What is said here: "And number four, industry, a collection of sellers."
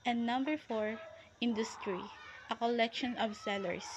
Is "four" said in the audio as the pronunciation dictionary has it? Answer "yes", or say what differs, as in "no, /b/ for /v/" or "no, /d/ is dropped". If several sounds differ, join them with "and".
yes